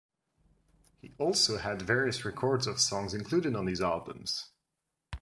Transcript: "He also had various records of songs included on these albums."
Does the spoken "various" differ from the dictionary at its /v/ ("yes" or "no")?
no